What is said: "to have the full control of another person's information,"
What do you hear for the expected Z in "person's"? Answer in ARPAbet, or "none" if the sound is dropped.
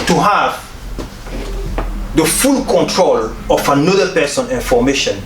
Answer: none